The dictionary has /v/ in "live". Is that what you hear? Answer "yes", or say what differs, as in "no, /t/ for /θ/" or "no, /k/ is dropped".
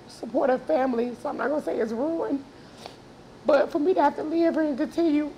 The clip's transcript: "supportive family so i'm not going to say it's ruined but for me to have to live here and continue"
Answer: yes